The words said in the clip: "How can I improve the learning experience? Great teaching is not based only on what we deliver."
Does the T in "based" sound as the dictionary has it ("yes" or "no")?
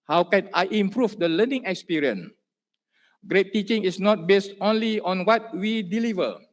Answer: yes